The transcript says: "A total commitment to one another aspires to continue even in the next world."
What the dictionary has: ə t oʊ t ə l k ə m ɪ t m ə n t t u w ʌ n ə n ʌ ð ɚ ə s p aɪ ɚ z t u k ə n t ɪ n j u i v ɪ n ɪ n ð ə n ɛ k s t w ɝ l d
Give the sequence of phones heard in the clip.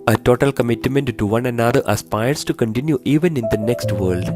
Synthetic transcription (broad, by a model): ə t oʊ t ə l k ə m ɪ t m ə n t t u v ʌ n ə n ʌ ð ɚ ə s p aɪ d s t u k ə n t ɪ n j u i v ɪ n ɪ n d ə n ɛ k s t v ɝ l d